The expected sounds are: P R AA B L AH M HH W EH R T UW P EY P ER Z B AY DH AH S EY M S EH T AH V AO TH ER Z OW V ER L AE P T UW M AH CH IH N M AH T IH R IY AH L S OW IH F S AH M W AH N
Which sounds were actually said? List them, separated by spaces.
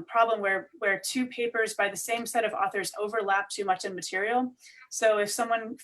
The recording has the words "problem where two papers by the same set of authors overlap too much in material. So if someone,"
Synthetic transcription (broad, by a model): P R AA B L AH M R W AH R T UW P EY P ER Z B AY DH AH S EY M S EH T AH V AO TH ER Z OW V ER L AE P T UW M AH CH IH N M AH T IH R IY L S OW IH F S AH M W AH N